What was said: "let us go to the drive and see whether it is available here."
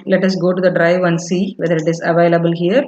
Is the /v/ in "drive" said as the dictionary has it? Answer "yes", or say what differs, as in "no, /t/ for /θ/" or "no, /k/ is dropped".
yes